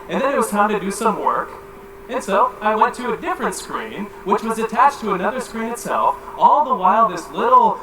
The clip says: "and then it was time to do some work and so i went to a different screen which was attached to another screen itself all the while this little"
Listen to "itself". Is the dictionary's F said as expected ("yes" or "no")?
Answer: yes